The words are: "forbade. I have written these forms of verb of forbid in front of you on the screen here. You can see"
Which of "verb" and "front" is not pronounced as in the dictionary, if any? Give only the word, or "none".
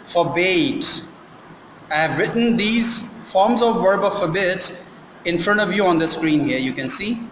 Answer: none